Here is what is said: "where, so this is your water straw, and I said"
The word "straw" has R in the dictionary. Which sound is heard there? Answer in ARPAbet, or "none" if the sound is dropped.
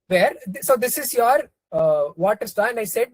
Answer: none